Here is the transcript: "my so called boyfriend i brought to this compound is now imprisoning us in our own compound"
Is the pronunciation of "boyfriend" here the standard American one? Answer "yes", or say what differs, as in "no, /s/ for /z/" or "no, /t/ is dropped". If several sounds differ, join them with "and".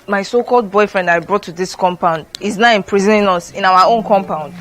yes